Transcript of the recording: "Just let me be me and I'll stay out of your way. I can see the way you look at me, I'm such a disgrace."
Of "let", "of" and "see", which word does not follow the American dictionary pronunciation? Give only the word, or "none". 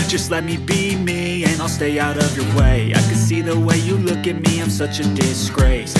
none